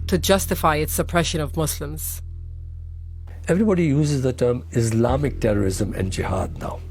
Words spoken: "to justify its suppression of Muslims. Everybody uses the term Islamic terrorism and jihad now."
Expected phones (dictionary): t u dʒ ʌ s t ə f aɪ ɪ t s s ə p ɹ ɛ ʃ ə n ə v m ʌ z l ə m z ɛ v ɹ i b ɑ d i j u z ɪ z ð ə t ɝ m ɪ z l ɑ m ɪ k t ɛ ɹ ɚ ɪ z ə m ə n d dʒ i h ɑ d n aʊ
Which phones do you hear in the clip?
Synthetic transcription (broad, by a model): t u dʒ ʌ s t ə f aɪ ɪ t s s ə p ɹ ɛ ʃ ə n ə v m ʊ s l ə m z ɛ v ɹ i b ɑ d i j u z ɪ z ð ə t ɝ m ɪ s l ɑ m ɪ k t ɛ ɹ ɚ ɪ z ə m ə n d dʒ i h ɑ d n aʊ